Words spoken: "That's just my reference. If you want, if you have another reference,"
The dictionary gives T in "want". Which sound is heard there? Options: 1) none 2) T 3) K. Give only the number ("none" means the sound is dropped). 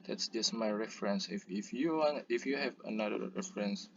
1